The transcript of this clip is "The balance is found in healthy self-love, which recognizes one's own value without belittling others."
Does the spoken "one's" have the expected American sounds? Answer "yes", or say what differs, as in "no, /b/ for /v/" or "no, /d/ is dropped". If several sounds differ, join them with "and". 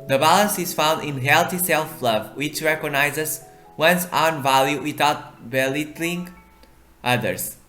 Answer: no, /s/ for /z/